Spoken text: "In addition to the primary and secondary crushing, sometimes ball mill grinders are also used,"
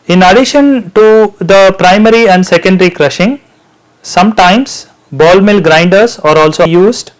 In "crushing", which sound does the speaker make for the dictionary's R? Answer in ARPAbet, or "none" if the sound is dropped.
R